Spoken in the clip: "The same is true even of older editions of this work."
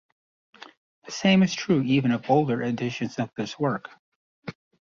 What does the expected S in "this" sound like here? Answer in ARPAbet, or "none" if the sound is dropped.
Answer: S